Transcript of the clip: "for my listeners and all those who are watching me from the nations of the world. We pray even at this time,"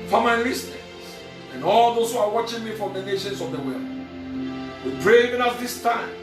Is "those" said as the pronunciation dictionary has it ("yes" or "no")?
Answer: no